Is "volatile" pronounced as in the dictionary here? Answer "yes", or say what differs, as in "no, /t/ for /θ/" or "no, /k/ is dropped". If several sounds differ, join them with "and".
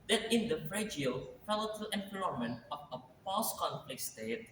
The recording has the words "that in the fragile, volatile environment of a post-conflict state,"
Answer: no, /f/ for /v/